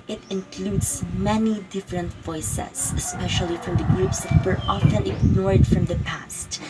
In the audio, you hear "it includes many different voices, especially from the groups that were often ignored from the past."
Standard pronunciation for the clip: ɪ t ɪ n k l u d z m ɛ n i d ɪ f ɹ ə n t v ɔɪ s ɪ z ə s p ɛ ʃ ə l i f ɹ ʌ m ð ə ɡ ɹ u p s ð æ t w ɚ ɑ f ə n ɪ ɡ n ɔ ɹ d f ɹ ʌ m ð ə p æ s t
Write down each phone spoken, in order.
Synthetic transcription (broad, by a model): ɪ t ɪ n k l u d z m ɛ n i d ɪ f ɹ ə n t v ɔɪ s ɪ s ə s p ɛ ʃ ə l i f ɹ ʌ m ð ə ɡ ɹ u p s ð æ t w ɚ ɑ f ə n ɪ ɡ n ɔ ɹ d f ɹ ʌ m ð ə p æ s t